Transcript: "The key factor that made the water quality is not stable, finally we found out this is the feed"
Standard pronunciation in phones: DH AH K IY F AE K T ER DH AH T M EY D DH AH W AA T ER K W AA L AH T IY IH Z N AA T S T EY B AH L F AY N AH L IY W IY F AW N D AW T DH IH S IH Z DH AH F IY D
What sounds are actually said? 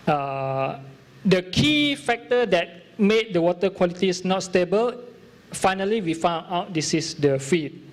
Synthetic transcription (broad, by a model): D AH K IY F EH K T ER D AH T M EY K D AH W AA T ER K W AA L AH T IY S N AA T S T EY B AH L F AY N AH L IY W IY F AW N AW T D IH S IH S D AH F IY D